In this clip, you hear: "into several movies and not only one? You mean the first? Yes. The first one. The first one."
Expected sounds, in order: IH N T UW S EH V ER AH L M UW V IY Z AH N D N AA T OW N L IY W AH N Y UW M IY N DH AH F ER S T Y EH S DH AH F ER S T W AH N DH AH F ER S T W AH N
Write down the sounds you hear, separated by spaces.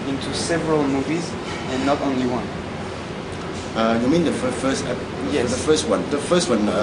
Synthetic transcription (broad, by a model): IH N T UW S EH V ER AH L M UW V IY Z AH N N AA T OW N L IY W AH N Y UW M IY N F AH F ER S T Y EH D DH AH F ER S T W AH N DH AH F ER S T W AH N